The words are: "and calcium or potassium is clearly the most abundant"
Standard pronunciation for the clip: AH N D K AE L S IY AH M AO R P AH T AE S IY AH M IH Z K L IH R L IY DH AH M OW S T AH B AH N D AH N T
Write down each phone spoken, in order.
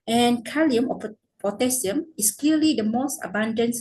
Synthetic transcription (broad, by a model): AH N K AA L IY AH M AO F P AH T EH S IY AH M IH S K L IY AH L IY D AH M OW S T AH B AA N D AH N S